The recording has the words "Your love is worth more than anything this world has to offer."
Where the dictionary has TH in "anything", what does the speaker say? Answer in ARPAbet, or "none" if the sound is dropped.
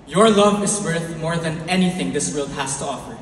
TH